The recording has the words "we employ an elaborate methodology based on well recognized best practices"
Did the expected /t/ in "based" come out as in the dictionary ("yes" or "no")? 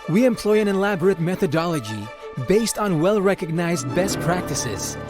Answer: yes